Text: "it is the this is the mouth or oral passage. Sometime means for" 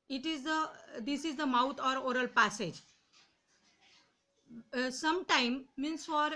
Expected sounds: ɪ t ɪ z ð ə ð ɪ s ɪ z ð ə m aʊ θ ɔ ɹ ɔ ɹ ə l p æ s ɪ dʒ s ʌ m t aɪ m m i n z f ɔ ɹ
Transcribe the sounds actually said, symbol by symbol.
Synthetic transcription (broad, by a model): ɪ t ɪ z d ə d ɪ s ɪ z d ə m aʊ t ɔ ɹ ɔ ɹ ə l p æ s ɪ dʒ s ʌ m t aɪ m m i n s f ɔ ɹ